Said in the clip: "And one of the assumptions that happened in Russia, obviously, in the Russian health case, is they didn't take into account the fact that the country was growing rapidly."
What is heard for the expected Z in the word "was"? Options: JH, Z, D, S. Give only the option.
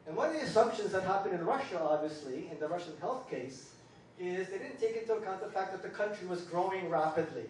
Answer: Z